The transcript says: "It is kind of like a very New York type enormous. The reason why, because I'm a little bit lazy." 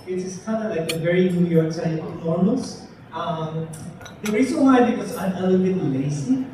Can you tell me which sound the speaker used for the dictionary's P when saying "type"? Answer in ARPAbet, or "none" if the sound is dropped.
none